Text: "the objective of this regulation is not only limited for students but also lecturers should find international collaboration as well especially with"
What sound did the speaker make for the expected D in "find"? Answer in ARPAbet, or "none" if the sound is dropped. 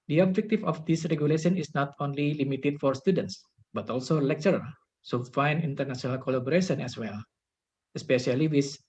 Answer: none